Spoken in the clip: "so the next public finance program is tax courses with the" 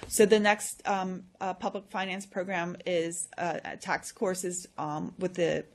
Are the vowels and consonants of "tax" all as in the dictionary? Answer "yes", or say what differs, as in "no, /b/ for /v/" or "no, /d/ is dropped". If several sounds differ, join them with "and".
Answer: yes